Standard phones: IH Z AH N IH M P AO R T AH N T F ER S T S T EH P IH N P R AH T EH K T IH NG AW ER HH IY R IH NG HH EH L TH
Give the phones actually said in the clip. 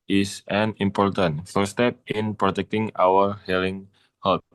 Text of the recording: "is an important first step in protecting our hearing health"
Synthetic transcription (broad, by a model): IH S AH N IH M P AO R T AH N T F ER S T S T EH P IH N P R AH T EH K T IH NG AW ER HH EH L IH NG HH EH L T